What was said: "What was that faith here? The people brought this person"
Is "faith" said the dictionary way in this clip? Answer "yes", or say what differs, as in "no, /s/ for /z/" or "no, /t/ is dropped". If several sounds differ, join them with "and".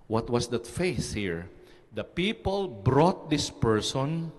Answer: no, /s/ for /θ/